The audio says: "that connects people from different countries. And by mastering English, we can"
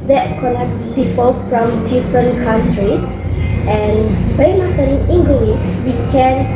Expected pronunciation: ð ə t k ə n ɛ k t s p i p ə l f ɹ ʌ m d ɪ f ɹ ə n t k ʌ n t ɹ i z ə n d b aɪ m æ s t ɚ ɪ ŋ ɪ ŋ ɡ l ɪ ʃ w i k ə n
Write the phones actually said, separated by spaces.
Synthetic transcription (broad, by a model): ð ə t k ə n ɛ k t s p i p ə l f ɹ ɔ m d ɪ f ɹ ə n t k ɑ n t ɹ i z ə n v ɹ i m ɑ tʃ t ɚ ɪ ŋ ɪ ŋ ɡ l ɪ s w i k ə n